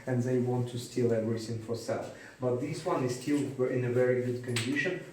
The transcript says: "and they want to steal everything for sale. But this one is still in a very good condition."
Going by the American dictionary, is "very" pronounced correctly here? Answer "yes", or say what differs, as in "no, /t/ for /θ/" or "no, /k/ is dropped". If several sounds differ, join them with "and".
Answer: yes